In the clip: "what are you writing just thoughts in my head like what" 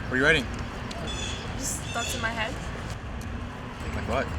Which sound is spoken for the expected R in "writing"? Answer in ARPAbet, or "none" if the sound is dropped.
W